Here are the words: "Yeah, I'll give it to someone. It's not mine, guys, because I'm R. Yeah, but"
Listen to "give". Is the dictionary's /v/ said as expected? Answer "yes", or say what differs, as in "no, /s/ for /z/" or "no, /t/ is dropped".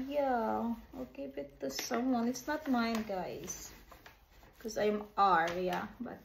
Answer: no, /b/ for /v/